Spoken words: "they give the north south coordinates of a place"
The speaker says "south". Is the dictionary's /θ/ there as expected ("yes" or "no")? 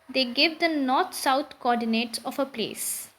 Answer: no